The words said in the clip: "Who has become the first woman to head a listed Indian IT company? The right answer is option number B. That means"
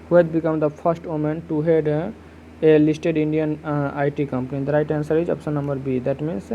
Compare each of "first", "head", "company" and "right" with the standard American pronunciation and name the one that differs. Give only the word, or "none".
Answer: first